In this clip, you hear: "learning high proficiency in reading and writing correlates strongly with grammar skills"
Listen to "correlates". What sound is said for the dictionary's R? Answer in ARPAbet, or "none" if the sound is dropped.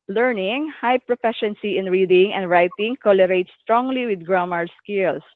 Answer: L